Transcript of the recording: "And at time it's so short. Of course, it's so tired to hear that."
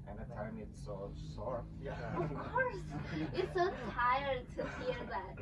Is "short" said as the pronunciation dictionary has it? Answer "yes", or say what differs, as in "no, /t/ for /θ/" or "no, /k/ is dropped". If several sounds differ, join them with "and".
no, /s/ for /ʃ/